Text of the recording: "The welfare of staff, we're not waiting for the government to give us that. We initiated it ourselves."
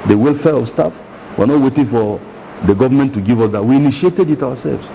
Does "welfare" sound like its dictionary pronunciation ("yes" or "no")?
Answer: yes